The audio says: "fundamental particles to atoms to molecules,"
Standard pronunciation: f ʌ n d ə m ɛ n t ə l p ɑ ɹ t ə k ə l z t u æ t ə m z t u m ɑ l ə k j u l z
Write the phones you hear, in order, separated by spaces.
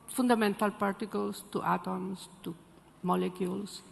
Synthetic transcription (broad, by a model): f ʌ n d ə m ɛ n t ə l p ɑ ɹ t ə k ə l s t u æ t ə m s t u m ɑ l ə k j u l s